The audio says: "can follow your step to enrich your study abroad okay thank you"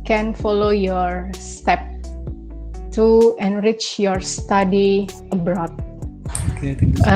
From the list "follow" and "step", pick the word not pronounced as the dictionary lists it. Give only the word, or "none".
none